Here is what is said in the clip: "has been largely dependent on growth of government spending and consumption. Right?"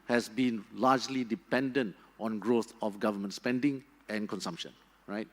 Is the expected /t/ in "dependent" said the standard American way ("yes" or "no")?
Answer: yes